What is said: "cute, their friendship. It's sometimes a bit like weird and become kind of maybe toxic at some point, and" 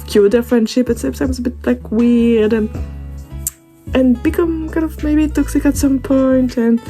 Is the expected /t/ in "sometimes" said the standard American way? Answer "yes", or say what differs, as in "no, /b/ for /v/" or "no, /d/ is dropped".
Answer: no, /s/ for /t/